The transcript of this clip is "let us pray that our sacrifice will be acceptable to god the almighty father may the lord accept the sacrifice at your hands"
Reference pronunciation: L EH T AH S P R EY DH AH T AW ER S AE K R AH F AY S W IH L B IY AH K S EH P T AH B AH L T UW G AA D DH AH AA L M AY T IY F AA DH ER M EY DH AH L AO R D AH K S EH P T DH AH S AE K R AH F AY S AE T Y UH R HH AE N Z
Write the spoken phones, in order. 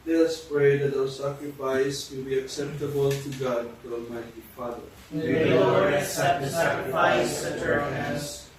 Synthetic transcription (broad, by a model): L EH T AH S P R EY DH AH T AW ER S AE K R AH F AY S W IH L B IY AH K S EH P T AH B AH L T UW G AA D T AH AA L M AY T IY F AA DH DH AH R AH S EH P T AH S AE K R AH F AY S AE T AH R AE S